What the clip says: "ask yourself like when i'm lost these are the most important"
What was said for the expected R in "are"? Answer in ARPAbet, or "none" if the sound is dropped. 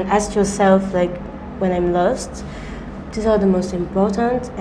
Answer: L